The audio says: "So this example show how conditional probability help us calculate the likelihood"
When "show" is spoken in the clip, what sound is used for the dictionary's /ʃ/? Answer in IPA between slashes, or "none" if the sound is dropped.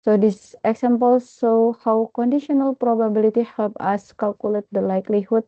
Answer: /s/